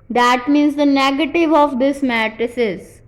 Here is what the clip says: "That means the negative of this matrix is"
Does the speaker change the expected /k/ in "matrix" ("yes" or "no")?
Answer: yes